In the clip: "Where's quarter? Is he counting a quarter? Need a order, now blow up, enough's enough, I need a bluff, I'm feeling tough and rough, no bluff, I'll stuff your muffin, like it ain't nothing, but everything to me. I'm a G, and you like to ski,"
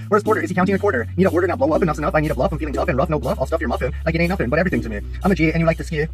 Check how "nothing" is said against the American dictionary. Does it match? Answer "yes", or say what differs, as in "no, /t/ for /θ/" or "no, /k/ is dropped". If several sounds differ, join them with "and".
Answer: no, /f/ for /θ/